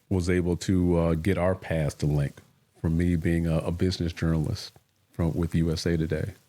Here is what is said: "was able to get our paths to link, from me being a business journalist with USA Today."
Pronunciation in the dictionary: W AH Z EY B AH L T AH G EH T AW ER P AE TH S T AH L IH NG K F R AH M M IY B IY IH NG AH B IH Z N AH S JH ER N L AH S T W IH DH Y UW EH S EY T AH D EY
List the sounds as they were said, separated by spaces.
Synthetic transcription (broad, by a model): W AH Z EY B L T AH G EH T AW ER P AE S T AH L IH NG K F R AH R M IY B IY IH NG AH B IH Z N AH S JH ER N L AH S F W IH DH Y UW EH S EY T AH D EY